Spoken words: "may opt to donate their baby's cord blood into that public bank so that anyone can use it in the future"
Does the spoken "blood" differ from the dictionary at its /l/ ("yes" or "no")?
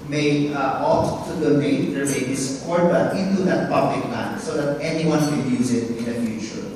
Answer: yes